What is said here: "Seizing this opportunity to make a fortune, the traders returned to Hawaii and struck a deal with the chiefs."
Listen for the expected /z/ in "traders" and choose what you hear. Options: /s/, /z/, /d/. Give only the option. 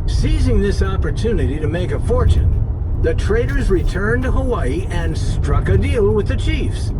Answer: /z/